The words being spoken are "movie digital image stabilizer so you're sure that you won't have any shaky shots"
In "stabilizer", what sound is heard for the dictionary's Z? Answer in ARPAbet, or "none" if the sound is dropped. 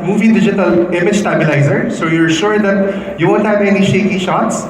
Z